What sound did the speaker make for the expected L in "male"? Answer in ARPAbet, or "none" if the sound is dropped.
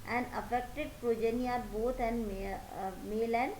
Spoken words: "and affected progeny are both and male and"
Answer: L